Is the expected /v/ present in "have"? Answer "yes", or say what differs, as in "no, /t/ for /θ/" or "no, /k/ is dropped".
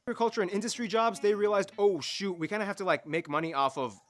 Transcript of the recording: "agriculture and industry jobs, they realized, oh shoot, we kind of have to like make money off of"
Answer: no, /f/ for /v/